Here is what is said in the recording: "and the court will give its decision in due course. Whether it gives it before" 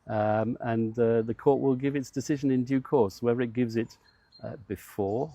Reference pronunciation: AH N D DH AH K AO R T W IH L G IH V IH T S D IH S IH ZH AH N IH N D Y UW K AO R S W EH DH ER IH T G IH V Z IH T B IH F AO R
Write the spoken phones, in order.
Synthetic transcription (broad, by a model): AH N DH AH K AO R T W IH L G IH V IH T S D IH S IH ZH AH N IH N D Y UW K AO R S W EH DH ER IH T G IH V Z IH T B IH F AO R